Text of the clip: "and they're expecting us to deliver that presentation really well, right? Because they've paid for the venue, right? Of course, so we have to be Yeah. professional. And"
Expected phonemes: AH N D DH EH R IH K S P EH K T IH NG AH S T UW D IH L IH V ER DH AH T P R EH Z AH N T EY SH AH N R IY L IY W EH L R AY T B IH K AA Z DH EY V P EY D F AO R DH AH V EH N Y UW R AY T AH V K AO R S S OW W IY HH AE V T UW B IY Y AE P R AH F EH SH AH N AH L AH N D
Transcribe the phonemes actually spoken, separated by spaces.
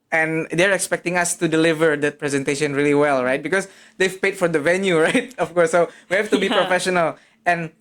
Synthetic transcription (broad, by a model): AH N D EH R IH K S P EH K T IH NG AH S T UW D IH L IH V ER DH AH T P R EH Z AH N T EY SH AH N R IY L IY W EH L R AY T B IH K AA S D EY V P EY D F AO R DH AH V EH N Y UW R AY T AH F K AO R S S OW W IY HH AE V T UW B IY P R AH F EH SH AH N AH L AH N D